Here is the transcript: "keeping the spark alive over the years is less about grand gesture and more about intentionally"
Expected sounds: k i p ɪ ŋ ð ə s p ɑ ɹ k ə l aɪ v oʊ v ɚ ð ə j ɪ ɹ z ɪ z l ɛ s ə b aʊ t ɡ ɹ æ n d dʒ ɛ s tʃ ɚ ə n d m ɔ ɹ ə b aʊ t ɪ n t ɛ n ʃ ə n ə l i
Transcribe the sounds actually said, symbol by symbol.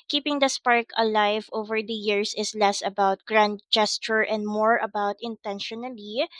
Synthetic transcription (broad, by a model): k i p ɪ ŋ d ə s p ɑ ɹ k ə l aɪ v oʊ v ɚ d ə j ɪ ɹ s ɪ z l ɛ s ə b aʊ t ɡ ɹ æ n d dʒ ɛ s tʃ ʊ ə n d m ɔ ɹ ə b aʊ t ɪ n t ɛ n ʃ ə n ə l i